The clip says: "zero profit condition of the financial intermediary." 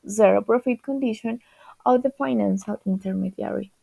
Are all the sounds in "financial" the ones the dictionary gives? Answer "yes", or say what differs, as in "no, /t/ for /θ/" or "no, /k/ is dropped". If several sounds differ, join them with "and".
no, /s/ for /ʃ/